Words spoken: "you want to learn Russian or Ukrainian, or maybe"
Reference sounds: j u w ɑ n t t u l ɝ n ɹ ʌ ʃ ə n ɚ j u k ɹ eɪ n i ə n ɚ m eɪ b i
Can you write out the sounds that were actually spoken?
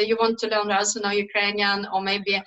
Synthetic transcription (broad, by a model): j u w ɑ n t t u l ɝ n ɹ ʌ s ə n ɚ j u k ɹ eɪ n i ə n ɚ m eɪ b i